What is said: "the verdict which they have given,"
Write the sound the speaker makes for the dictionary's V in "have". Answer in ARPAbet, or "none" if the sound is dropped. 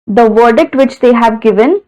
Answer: V